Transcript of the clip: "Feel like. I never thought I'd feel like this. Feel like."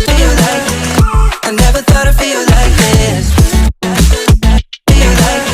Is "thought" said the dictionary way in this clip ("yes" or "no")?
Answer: yes